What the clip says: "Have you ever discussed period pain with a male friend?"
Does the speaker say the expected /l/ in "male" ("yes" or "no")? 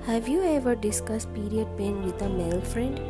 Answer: yes